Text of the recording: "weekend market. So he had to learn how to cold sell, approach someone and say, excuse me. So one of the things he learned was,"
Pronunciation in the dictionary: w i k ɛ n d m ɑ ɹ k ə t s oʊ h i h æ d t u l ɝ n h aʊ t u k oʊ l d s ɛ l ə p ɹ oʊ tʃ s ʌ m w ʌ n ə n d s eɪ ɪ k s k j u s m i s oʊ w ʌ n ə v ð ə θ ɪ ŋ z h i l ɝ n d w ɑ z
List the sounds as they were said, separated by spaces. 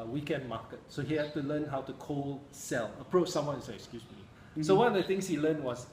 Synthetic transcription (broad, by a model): w i k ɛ n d m ɑ k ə t s oʊ h i h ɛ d t u l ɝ n h aʊ t u k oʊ l s ɛ l ə p ɹ oʊ tʃ s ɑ m w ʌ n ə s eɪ ɪ k s k j u s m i s oʊ w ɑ n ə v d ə t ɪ ŋ s h i l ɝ n w ɑ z